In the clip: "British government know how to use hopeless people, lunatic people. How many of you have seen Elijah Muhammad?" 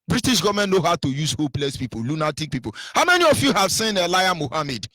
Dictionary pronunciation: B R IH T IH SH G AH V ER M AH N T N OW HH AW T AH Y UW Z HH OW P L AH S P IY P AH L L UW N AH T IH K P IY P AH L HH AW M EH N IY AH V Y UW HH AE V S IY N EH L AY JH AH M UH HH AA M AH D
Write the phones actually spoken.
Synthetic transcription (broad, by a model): B R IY T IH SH G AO V M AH N N OW HH AW T AH Y UW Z HH OW P L AH S P IY P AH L L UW N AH T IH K P IY P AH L HH AW M EH N IY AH F Y UW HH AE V S IY N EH L AY AH M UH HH AA M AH D